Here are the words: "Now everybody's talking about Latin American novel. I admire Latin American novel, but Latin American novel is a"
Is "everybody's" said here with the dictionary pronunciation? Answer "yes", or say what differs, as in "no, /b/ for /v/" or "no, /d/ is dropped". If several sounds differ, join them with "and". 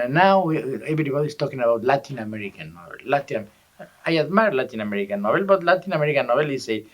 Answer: no, /s/ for /z/